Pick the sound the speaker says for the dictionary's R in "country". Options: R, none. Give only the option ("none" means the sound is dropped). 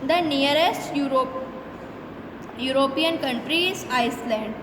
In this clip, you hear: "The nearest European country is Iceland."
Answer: R